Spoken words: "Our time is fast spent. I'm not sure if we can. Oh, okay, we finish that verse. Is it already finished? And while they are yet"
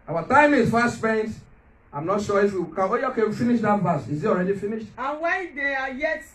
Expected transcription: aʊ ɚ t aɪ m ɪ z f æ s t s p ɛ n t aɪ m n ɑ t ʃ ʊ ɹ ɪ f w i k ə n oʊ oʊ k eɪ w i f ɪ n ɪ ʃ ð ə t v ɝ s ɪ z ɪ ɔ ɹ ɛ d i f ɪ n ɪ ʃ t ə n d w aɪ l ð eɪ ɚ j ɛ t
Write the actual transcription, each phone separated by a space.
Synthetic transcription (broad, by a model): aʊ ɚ t aɪ m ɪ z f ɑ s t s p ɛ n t aɪ m n ɑ t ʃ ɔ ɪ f w i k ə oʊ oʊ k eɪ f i n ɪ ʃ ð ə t b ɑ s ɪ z ɪ ɔ ɹ ɛ d i f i n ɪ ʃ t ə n w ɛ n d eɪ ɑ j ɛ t